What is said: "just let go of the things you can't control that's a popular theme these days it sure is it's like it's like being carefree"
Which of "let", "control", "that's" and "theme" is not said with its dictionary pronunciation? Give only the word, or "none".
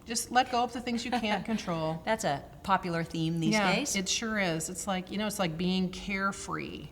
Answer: none